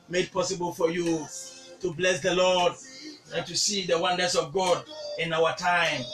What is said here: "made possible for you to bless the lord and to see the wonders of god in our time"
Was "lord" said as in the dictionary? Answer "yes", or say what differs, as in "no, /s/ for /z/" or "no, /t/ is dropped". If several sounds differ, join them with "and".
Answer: yes